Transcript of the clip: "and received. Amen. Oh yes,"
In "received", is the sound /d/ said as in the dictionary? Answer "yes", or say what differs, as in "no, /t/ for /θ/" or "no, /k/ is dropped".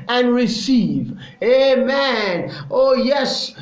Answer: no, /d/ is dropped